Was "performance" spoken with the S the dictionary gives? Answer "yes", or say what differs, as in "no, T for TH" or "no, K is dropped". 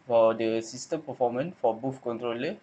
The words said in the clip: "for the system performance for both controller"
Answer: no, S is dropped